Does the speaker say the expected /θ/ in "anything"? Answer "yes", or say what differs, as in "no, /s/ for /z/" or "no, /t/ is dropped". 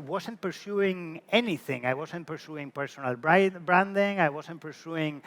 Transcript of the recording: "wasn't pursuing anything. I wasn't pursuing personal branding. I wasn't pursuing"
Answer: yes